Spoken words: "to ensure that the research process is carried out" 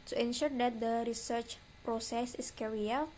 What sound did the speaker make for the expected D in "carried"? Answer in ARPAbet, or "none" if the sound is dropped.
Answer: none